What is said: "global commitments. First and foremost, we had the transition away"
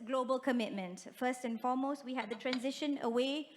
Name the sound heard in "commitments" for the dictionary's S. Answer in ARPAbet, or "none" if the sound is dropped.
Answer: none